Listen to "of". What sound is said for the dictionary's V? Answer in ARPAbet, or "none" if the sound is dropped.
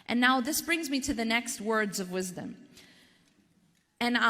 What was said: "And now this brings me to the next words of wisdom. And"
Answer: V